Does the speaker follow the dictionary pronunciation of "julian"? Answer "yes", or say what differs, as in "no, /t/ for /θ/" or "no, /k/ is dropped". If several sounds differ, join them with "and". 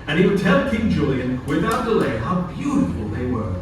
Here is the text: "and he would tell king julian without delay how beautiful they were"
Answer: yes